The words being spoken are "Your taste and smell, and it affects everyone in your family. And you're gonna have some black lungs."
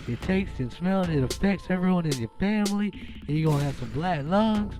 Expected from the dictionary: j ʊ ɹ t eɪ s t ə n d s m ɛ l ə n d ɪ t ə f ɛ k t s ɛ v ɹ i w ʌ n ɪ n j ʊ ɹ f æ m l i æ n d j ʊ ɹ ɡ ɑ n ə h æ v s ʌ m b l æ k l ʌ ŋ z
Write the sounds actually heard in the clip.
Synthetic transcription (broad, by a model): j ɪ t eɪ s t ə n s m ɛ l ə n ɪ t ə f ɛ k s ɛ v ɹ i w ʌ n ɪ n j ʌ ɹ f æ m l i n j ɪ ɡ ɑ ə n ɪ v s ʌ m b l æ k l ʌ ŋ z